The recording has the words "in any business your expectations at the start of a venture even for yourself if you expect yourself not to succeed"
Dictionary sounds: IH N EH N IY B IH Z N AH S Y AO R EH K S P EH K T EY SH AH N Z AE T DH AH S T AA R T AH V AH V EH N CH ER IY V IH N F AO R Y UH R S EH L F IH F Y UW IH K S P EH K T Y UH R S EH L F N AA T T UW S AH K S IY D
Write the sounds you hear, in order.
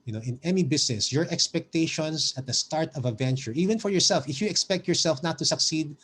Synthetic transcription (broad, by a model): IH N EH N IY B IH S N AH S Y AO R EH K S P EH K T EY SH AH N S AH T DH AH S T AA R T AH V AH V EH N CH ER IY V IH N F AO R Y UH R S EH L F IH F Y UW IH K S P EH K T Y UH R S EH L F N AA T T UW S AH K S IY D